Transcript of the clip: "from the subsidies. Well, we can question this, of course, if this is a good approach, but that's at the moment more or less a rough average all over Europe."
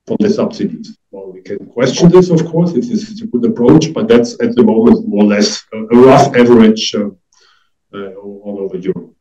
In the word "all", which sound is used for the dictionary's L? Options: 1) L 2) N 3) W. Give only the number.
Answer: 2